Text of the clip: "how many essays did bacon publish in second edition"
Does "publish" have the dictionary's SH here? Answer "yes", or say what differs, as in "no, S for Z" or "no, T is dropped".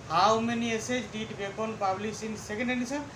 no, S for SH